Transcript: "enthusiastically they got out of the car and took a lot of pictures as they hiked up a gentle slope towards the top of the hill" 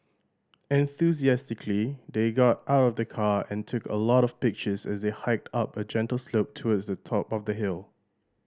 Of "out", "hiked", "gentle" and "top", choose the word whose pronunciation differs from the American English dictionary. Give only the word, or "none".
none